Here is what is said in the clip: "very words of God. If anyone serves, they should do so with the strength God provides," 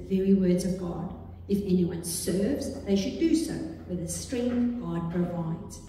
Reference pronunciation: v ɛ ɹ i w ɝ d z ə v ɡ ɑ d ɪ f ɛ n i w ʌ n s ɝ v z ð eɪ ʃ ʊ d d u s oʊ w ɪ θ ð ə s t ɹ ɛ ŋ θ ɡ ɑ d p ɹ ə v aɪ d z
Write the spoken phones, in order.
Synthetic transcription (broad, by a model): v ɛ ɹ i w ɝ d z ə v ɡ ɑ d ɪ f ɛ n i w ʌ n s ɝ v z ð eɪ ʃ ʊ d d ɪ s oʊ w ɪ ð ə s t ɹ ɛ ŋ θ ɡ ɑ d p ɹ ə v aɪ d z